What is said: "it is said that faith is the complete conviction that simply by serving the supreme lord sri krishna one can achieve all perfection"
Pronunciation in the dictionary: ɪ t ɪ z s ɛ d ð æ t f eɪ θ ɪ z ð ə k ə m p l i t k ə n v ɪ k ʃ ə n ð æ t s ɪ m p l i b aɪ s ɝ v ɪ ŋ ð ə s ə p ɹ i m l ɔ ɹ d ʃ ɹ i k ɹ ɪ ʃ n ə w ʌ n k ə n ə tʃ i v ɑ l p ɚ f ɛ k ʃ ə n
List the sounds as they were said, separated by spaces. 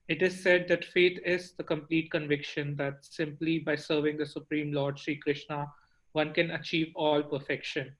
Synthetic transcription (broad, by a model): ɪ t ɪ z s ɛ d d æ t f eɪ t ɪ z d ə k ə m p l i t k ə n v ɪ k ʃ ə n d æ t s ɪ m p l i b aɪ s ɝ v ɪ ŋ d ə s ə p ɹ i m l ɔ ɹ d ʃ ɹ i k ɹ ɪ ʃ n ə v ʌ n k ə n ə tʃ i v ɑ l p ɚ f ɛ k ʃ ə n